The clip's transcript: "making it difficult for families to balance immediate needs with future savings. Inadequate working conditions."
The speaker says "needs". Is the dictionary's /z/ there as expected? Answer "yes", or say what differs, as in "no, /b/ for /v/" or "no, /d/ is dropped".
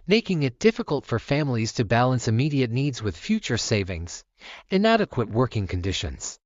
yes